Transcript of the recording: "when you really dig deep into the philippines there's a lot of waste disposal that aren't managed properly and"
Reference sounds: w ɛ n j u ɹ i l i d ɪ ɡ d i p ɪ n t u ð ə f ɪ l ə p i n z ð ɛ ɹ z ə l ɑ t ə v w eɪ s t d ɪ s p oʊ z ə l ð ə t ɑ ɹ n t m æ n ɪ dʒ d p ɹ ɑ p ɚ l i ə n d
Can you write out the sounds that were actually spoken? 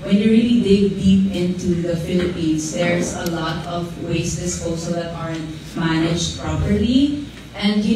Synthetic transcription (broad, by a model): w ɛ n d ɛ ɹ i l i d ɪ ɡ d i p ɪ n t u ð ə f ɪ l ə p i n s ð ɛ ɹ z ə l ɑ t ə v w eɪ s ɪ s oʊ s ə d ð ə t ɑ ɹ n t m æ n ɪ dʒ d p ɹ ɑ p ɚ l i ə n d